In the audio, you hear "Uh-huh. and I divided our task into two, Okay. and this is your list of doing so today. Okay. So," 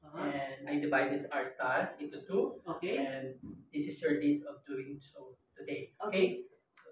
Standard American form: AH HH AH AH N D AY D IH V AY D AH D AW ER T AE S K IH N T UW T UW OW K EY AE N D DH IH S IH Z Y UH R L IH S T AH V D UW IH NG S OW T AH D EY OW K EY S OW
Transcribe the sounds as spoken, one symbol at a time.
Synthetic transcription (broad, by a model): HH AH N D AY D IH V AY D AH D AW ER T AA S IH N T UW T UW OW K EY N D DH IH S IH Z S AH R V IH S AH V D UW IH NG S OW T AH D EY OW K EY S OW